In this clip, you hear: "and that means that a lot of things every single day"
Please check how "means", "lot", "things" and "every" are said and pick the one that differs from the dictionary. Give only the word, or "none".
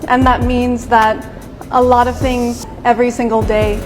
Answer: none